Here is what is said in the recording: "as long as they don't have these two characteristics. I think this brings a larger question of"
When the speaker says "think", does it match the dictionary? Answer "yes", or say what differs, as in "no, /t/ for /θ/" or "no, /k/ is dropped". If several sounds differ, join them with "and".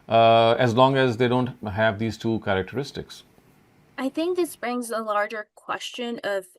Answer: yes